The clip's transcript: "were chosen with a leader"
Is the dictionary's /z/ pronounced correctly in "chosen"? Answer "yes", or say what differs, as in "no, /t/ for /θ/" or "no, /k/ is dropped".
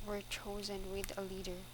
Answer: yes